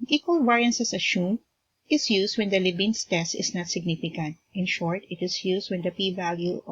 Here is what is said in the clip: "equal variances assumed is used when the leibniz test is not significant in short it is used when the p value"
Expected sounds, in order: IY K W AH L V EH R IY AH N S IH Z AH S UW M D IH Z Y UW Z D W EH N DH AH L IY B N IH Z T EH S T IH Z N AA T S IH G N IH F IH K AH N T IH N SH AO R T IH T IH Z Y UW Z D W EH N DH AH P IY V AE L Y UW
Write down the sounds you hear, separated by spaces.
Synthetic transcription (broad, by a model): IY K W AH L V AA R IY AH N S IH S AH SH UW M IH S Y UW S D W EH N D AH L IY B IH S T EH S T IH S N AA T S IH G N IH F IH K AH N T IH N SH AO R T IH T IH S Y UW S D W EH N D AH P IY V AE L Y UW